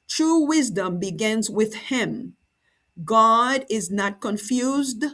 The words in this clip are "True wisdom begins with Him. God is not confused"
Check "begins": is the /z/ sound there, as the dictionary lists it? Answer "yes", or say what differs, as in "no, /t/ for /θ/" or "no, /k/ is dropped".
yes